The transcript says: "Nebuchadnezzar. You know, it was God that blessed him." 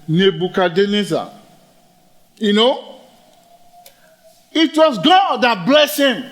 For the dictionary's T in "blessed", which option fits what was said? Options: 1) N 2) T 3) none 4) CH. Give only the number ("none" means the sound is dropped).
3